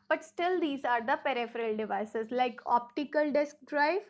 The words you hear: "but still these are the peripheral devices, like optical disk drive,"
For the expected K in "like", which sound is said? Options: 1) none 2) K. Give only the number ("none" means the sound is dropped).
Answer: 2